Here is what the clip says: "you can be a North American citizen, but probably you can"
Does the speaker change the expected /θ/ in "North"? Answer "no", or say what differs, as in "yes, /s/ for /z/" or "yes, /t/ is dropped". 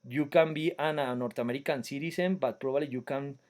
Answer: yes, /t/ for /θ/